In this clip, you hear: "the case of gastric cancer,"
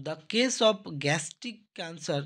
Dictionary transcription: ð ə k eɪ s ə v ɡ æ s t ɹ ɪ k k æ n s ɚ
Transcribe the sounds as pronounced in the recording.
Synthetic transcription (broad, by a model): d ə k eɪ s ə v ɡ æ s t ɪ k k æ n s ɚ